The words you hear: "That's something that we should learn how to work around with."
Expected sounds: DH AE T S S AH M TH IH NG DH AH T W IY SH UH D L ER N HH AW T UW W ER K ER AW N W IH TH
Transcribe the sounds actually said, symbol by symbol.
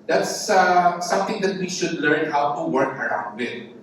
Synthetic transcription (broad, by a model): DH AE T S S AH M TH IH NG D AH T W IY SH UH D L ER N HH AW T UW W ER K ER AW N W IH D